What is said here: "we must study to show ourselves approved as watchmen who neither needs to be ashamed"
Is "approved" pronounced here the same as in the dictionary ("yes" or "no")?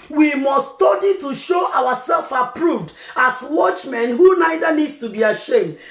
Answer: yes